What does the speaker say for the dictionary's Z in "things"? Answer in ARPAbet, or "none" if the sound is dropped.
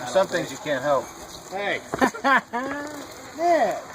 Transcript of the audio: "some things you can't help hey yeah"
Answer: Z